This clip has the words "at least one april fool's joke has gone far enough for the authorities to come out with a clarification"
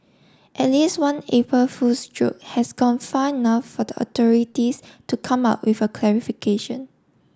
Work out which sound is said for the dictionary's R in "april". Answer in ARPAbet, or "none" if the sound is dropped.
none